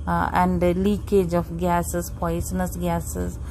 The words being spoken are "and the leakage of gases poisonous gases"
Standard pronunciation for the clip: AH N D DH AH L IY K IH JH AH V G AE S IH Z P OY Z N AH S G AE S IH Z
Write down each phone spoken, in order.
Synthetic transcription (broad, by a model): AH N D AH L IY K IH JH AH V G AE S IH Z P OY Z N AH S G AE S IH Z